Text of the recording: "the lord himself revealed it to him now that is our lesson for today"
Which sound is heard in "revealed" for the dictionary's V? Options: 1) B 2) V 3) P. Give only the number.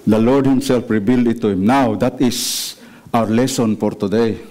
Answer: 1